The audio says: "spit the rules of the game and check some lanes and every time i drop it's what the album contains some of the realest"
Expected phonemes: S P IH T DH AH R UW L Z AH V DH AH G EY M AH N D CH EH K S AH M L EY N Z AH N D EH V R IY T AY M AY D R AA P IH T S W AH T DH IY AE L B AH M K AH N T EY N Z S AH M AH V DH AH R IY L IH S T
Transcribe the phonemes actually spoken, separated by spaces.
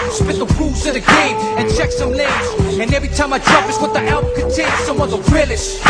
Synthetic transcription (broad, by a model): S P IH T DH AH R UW Z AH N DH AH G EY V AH N CH EH K S AH M L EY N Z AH N EH V R IY T AY M AY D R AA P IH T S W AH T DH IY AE L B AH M K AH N T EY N S AH M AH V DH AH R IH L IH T